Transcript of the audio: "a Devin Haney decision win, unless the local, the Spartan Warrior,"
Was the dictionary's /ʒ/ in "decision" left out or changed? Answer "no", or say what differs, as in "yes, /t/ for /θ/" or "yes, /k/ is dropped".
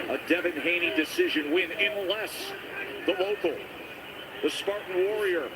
no